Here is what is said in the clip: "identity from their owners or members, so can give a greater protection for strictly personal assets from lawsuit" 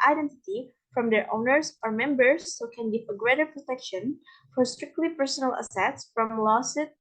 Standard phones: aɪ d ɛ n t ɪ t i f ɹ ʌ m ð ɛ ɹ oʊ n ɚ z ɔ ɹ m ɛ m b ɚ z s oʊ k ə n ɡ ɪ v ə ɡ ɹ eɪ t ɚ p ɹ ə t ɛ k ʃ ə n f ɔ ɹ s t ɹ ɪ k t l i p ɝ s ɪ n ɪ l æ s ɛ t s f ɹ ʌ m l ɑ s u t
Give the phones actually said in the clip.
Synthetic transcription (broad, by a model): aɪ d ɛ n t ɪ t i f ɹ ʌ m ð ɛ ɹ oʊ n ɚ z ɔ ɹ m ɛ m b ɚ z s oʊ k ə n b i f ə ɡ ɹ eɪ t ɚ p ɹ ə t ɛ k ʃ ə n f ɔ ɹ s t ɹ ɪ k t l i p ɝ s ɪ n ɪ l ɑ s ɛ t s f ɹ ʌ m l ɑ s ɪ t